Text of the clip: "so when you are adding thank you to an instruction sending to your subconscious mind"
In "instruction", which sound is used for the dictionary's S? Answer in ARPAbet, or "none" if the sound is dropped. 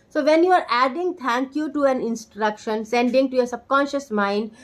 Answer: S